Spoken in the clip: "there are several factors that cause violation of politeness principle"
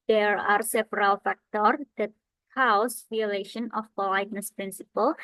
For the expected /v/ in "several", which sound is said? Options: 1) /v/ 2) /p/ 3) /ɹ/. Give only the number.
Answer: 2